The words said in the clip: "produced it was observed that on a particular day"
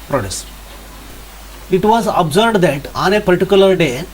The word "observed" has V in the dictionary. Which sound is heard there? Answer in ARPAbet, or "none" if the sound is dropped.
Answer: B